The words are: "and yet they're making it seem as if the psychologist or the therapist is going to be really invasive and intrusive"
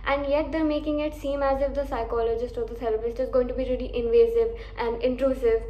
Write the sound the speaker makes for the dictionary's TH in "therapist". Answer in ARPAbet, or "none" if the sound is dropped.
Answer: T